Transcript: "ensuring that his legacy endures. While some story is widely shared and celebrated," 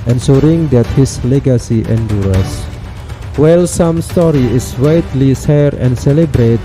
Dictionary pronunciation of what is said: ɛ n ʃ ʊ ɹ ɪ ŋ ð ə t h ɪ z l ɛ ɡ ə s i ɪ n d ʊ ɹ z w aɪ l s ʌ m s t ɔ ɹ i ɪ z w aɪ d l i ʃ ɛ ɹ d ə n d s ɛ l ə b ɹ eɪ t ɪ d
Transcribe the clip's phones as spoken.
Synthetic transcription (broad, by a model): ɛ n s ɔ ɹ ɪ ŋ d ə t h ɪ s l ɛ ɡ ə s i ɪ n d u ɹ s w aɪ l s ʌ m s t ɔ ɹ i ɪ s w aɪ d l i s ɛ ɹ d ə n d s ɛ l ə b ɹ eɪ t